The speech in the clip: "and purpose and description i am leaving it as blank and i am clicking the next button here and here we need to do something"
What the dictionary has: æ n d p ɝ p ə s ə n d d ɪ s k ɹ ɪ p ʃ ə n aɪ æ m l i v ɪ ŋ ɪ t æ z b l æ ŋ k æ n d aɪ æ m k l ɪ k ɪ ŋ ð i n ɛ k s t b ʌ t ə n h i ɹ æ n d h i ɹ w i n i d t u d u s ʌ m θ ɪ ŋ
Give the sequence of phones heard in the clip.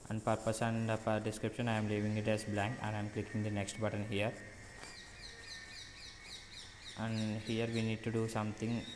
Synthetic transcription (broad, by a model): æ n d p ɝ p ə s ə n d d ɪ s k ɹ ɪ p ʃ ə n aɪ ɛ m l i v ɪ ŋ ɪ t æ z b l æ ŋ k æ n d aɪ m k l ɪ k ɪ ŋ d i n ɛ k s t b ʌ t ə n h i ɹ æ n d h i ɹ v i n i d t u d u s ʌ m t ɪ ŋ